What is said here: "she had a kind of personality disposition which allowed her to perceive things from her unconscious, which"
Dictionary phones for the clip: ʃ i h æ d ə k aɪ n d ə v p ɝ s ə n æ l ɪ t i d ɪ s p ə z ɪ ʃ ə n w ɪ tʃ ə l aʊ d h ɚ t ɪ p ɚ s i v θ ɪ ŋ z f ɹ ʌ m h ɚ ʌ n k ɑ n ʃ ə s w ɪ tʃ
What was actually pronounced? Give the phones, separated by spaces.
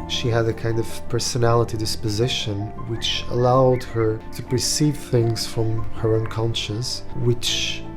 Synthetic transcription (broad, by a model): ʃ i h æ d ə k aɪ n d ə v p ɝ s ə n æ l ɪ t i d ɪ s p ə z ɪ ʃ ə n w ɪ tʃ ə l aʊ d h ɚ t ɪ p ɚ s i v θ ɪ ŋ z f ɹ ʌ m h ɚ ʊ n k ɑ n ʃ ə s w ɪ tʃ